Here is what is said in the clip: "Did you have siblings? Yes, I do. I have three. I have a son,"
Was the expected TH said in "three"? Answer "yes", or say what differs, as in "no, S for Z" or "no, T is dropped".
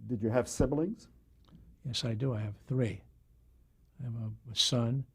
yes